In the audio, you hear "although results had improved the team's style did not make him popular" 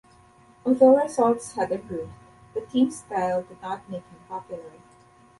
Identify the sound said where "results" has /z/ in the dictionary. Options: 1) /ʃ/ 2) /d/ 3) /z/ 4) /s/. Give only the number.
4